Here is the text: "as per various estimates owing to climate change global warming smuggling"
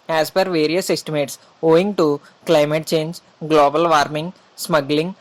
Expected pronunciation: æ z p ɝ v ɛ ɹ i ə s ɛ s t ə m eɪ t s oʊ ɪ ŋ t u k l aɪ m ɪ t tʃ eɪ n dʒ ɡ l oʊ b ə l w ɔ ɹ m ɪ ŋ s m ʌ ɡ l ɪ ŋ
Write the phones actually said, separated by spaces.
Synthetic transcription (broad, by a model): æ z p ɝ v ɛ ɹ i ə s ɛ s t ə m eɪ t s oʊ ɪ ŋ t u k l aɪ m ɪ t tʃ eɪ n dʒ ɡ l oʊ b ə l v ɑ ɹ m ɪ ŋ s m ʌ ɡ l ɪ ŋ